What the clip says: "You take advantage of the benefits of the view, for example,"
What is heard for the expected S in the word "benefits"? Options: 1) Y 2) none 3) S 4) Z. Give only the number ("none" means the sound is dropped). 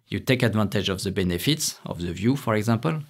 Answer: 3